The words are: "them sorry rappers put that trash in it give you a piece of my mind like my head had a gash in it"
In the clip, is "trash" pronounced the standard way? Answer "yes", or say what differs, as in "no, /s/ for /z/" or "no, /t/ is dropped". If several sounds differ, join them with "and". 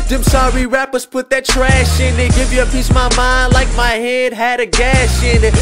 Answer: yes